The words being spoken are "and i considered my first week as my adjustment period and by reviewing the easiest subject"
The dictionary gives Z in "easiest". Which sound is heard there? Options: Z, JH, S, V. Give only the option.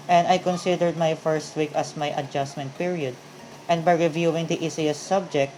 S